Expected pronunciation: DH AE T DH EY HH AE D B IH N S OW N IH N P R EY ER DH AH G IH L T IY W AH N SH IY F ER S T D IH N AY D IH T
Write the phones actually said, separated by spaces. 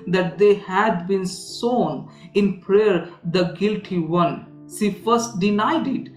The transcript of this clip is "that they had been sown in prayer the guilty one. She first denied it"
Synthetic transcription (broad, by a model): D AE T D EY HH AE D B IH N S OW N IH N P R EY ER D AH G IH L T IY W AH N S IY F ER S T D IH N AY D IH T